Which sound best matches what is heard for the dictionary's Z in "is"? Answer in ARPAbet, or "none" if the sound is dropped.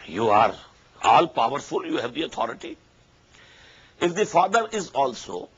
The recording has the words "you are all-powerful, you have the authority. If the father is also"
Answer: Z